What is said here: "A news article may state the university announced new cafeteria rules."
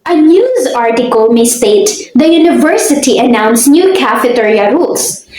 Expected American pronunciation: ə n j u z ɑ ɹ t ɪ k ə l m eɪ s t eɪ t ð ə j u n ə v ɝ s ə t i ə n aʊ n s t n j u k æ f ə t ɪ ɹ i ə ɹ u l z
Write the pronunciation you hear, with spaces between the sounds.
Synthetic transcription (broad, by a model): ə n j u z ɑ ɹ t ɪ k ə l m eɪ s t eɪ t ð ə j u n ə v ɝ s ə t i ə n aʊ n s n j u k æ f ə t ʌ ɹ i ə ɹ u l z